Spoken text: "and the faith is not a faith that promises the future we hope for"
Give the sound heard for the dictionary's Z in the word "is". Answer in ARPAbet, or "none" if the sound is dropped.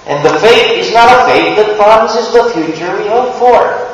Z